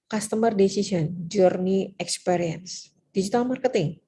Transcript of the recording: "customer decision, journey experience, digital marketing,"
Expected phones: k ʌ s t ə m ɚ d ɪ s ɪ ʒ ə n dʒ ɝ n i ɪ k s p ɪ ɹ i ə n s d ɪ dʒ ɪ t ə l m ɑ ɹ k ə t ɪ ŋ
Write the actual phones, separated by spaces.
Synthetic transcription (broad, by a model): k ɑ s t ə m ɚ d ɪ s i s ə n dʒ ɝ n i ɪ k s p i ɹ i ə n s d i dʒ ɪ t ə l m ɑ ɹ k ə t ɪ ŋ